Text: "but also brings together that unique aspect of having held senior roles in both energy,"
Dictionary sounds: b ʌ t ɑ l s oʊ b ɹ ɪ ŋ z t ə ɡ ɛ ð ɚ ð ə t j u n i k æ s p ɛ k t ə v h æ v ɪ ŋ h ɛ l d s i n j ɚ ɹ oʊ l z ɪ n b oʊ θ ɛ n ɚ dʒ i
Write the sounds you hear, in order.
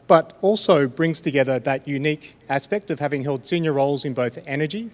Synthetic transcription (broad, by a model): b ʌ t ɑ l s oʊ b ɹ ɪ ŋ z t ə ɡ ɛ ð ɚ ð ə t j u n i k æ s p ɛ k t ə v h æ v ɪ ŋ h ɛ l d s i n j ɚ ɹ oʊ l z ɪ n b oʊ θ ɛ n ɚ dʒ i